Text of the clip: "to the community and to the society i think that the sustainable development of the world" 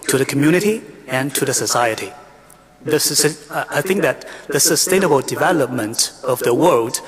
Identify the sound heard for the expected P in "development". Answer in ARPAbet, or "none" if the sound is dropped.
P